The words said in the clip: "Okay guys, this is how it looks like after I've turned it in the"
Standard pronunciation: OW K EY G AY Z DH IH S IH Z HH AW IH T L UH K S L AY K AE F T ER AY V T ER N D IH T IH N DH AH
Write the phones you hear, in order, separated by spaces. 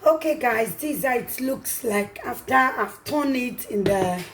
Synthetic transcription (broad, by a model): OW K EY G AY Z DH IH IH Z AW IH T L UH K S L AY K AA F T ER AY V T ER N IH T IH N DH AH